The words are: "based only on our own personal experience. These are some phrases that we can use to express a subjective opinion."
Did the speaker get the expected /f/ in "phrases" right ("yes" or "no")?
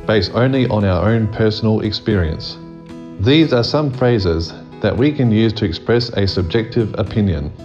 yes